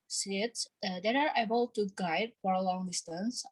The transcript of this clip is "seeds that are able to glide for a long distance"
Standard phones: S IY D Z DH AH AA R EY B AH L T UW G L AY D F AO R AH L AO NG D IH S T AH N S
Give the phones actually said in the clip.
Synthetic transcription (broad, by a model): S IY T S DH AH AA R EY B AH L T UW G AY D F AO R AH L AO NG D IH S T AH N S